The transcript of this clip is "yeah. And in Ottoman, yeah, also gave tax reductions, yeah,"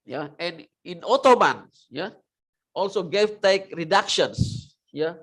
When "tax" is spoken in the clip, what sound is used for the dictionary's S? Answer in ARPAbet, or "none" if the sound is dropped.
none